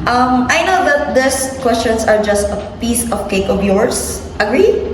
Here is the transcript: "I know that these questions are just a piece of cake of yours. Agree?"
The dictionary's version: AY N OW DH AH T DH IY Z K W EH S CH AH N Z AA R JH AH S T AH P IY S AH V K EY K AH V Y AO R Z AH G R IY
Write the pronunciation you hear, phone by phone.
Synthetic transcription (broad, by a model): AY N OW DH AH T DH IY S K W EH S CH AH N S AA R JH AH S T AH P IY S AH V K EY K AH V Y AO R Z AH G R IY